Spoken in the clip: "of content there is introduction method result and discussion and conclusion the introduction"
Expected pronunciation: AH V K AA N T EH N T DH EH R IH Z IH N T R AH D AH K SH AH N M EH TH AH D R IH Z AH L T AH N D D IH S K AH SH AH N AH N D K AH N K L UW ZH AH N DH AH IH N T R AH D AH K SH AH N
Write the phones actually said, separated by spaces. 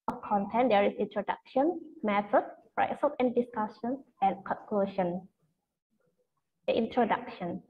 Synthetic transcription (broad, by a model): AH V K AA N T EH N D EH R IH S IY N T R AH D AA K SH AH N M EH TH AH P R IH S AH T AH N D D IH S K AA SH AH N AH N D K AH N K L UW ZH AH N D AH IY N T R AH D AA K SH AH N